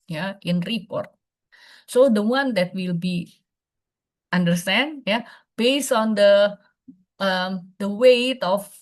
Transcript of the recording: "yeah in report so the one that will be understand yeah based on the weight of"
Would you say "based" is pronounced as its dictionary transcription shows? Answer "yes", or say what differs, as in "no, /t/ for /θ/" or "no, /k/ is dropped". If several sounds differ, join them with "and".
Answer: no, /t/ is dropped